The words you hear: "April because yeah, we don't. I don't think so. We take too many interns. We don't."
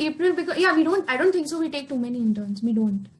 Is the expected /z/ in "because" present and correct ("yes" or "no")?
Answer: no